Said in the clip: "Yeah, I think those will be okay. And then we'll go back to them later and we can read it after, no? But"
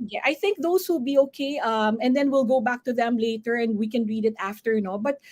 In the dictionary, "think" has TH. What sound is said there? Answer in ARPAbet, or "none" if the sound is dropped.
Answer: TH